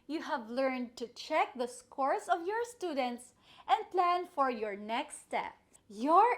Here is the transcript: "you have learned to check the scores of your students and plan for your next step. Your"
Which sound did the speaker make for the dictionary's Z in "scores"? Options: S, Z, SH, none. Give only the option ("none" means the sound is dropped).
S